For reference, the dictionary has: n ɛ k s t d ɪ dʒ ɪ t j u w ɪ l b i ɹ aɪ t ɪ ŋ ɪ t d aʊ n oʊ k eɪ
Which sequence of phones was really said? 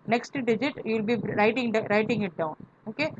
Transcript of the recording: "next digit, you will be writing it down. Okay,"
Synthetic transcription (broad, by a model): n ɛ k s t d ɪ dʒ ɪ t j u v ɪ l b i ɹ aɪ t ɪ ŋ ɪ t d aʊ n oʊ k eɪ